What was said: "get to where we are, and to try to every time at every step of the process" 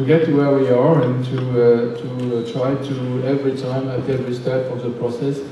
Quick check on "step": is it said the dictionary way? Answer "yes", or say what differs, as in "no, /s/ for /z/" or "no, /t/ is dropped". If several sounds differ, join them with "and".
no, /f/ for /p/